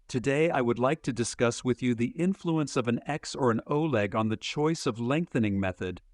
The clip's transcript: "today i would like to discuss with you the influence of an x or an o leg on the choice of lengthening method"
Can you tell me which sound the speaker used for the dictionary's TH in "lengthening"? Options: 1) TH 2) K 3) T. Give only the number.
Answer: 1